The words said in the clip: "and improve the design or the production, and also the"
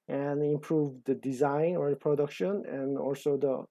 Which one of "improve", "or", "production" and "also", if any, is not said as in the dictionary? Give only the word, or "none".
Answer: none